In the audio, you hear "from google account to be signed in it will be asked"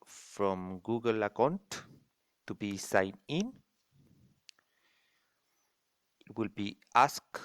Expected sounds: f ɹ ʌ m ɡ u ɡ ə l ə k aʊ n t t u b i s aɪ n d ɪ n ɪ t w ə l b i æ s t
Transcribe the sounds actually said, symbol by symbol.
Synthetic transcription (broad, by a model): f ɹ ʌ m ɡ u ɡ ə l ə k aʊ n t t u b i s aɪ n ɪ n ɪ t w ə l b i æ s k